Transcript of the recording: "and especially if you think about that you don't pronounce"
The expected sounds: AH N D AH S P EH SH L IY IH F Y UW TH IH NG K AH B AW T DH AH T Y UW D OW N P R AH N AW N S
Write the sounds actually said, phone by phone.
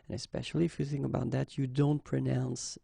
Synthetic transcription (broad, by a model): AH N AH S P EH SH L IY IH F Y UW TH IH NG K AH B AW T DH AH T Y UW D OW N P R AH N AW N S